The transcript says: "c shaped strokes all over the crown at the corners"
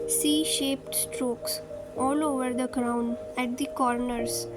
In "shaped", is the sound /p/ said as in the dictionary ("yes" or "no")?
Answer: yes